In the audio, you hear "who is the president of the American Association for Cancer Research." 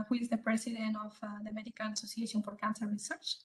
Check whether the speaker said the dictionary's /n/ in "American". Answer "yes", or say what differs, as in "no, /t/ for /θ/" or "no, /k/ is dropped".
no, /l/ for /n/